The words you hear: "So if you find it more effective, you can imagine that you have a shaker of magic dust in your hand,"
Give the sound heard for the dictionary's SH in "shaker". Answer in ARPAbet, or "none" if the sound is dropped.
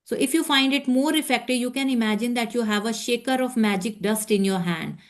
SH